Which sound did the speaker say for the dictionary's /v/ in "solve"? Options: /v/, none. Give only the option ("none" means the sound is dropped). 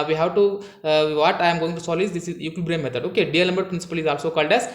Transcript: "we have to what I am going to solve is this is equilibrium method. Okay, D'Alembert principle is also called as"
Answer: none